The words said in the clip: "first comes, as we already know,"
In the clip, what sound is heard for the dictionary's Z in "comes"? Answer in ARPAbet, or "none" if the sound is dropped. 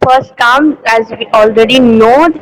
none